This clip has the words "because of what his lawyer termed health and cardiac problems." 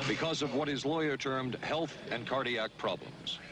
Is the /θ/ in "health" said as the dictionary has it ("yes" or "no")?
yes